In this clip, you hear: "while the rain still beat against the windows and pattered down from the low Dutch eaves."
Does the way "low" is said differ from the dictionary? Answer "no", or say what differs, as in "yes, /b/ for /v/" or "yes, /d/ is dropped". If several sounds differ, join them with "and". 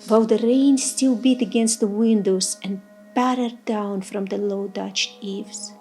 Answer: no